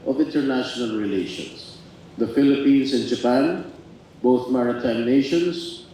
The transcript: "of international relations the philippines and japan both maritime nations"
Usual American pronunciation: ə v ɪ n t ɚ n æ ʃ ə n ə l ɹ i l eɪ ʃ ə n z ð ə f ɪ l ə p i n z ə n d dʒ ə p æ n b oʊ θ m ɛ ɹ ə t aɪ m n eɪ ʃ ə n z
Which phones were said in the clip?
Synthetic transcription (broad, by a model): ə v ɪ n t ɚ n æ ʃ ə n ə l ɹ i l eɪ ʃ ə n s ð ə f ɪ l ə p i n s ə n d dʒ ə p æ n b oʊ θ m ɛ ɹ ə t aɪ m n eɪ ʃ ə n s